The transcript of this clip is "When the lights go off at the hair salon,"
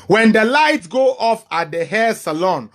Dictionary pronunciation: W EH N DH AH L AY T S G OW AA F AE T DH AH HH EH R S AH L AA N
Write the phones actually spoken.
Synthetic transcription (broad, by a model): W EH N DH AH L AY T G OW AA F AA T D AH HH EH S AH L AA N